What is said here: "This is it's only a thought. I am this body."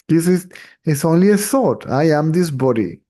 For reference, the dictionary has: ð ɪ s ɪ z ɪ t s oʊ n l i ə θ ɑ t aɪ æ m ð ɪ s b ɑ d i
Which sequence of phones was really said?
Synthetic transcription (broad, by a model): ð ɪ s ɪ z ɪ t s oʊ n l i ə s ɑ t aɪ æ m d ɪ s b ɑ d i